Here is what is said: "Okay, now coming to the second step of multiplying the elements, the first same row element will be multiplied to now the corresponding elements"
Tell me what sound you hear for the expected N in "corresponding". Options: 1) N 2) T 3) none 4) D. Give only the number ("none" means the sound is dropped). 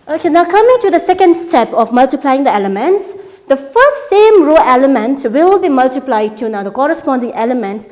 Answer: 1